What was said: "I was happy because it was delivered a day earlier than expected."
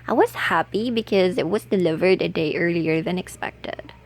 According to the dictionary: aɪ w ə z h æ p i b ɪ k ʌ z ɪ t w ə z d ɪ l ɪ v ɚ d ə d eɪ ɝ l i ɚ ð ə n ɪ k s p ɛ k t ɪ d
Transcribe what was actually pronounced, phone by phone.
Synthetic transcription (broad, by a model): aɪ w ə z h æ p i b ɪ k ʌ z ɪ t w ə z d ɪ l ɪ v ɚ d ə d eɪ ɝ l i ɚ ð ə n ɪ k s p ɛ k t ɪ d